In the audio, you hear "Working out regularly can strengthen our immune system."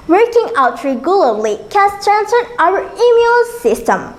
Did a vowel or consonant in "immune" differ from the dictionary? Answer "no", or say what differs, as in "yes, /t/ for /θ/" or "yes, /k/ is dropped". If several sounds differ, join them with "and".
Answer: yes, /l/ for /n/